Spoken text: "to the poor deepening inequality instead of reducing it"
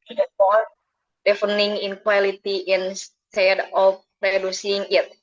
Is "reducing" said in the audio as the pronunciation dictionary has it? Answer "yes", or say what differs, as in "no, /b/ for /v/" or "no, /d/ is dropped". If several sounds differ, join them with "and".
yes